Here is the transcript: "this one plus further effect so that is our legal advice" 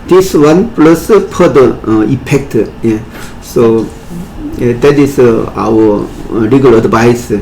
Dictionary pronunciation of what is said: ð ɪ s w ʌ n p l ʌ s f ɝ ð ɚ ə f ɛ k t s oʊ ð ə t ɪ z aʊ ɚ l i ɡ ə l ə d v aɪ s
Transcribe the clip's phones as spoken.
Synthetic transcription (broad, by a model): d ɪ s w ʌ n p l ʌ s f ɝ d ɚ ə p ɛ k t s oʊ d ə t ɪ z aʊ ɚ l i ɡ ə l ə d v aɪ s